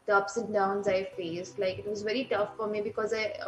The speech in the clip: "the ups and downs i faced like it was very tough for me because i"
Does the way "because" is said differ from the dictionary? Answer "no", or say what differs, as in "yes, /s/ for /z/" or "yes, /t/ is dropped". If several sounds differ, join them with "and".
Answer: no